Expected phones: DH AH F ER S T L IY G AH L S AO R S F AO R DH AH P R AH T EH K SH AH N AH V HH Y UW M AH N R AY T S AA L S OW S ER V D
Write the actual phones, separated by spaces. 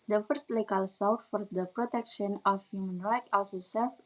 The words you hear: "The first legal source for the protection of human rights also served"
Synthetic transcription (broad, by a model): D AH F ER S T L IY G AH L S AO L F F AO R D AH P R AH T EH K SH AH N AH F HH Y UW M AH N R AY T AA L S OW S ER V